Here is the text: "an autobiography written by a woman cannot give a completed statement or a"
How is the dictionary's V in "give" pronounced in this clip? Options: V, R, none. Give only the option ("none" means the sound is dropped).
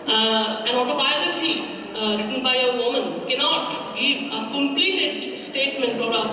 none